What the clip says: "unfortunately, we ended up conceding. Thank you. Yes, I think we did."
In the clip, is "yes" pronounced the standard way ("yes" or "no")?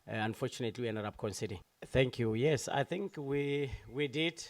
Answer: yes